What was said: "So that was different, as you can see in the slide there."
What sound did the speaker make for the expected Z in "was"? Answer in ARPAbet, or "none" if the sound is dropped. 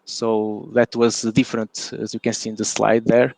Z